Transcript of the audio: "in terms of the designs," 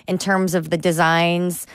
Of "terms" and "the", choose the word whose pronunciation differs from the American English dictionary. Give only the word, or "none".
none